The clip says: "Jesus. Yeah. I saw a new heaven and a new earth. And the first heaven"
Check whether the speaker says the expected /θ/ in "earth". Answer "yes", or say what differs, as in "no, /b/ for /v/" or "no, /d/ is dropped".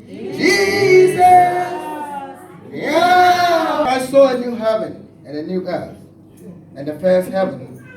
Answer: no, /s/ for /θ/